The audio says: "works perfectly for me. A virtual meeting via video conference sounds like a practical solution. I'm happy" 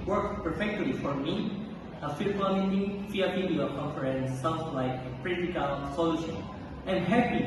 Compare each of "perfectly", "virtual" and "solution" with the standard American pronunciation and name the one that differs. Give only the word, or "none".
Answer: virtual